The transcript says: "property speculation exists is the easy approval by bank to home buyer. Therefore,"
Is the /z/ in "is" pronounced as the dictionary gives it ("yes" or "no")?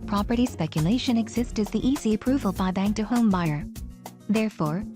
yes